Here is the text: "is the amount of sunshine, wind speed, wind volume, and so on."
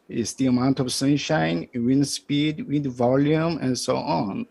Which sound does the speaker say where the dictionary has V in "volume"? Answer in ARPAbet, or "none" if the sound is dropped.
V